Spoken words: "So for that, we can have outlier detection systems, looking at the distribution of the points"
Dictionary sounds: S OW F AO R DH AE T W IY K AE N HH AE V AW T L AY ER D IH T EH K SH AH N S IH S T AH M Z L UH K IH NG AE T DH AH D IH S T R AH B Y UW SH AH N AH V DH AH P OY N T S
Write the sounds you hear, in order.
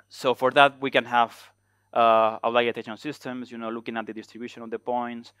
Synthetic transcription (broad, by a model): S OW F AO R DH AE T W IY K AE N HH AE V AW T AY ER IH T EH SH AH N S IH S T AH M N L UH K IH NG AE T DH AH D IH S T R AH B Y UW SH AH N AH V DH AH P OY N T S